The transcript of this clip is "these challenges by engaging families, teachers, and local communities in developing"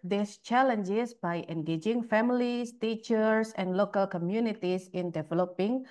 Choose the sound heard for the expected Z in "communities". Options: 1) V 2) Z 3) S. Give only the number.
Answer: 3